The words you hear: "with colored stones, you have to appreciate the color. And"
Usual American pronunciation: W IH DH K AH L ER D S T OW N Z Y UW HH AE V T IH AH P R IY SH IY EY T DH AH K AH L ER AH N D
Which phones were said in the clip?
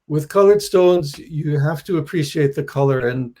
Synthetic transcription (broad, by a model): W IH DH K AH L ER D S T OW N Z Y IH HH AE F T IH AH P R IY SH IY EY T DH AH K AH L ER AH N